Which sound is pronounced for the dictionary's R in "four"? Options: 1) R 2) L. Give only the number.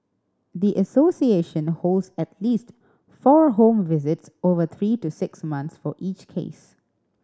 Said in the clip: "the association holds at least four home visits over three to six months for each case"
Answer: 1